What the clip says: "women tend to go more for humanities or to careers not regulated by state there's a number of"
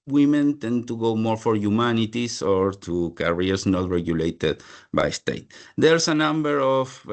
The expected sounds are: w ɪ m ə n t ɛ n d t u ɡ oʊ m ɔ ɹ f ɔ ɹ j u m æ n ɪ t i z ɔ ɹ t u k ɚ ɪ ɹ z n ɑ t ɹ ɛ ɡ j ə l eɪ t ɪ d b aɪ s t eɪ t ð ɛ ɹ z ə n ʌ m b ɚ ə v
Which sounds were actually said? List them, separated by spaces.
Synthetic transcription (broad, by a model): w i m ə n t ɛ n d t u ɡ oʊ m ɔ ɹ f ɔ ɹ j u m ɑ n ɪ t i s ɔ ɹ t u k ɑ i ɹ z n ɑ t ɹ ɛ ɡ j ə l eɪ t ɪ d b aɪ s t eɪ t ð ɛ ɹ s ə n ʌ m b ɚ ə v